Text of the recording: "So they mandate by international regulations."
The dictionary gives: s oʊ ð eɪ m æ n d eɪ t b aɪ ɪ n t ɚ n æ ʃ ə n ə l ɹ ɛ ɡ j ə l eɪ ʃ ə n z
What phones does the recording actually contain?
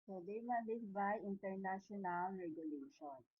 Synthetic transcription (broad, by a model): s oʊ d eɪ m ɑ d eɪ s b aɪ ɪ n t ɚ n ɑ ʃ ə n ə l ɹ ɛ ɡ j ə l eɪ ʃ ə n